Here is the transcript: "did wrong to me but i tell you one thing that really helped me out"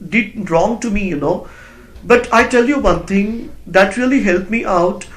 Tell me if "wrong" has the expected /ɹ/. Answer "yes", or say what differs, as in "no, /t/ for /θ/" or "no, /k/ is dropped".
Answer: yes